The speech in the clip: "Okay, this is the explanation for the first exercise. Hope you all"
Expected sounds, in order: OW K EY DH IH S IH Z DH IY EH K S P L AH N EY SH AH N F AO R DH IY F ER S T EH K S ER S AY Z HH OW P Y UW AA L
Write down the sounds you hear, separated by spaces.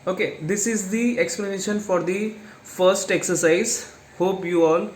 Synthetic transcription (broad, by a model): OW K EY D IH S IH Z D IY EH K S P L AH N EY SH AH N F AO R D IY F ER S T EH K S ER S AY Z HH OW P Y UW AA L